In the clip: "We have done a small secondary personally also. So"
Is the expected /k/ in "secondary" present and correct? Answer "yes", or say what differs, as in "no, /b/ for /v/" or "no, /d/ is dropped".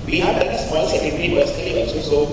no, /k/ is dropped